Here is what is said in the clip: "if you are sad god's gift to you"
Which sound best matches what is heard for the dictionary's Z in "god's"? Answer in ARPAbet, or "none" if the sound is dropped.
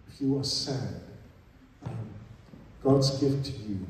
Z